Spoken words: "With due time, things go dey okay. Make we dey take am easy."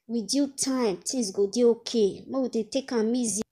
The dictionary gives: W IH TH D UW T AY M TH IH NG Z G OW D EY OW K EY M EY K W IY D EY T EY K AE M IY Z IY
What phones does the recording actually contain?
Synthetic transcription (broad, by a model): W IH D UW T AY M T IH Z G OW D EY OW K EY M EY W IY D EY T EY K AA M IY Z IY